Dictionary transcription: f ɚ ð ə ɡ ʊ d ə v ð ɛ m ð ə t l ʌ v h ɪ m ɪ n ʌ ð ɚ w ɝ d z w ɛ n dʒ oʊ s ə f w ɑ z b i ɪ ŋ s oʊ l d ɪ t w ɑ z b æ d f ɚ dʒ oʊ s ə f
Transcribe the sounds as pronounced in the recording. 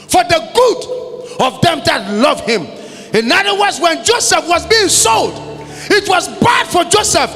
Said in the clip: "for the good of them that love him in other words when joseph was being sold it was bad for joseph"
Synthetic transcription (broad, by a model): f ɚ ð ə ɡ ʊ d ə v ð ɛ m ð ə t l ʌ v h ɪ m ɪ n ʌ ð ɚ w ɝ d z w ɛ n dʒ oʊ s ə f w ɑ z b i ɪ ŋ s oʊ l d ɪ t w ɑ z b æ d f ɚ dʒ oʊ s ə f